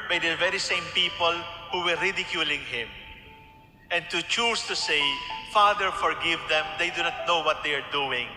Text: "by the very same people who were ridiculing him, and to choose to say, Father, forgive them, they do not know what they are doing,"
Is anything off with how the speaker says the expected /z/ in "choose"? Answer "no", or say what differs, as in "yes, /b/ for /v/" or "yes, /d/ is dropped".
yes, /s/ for /z/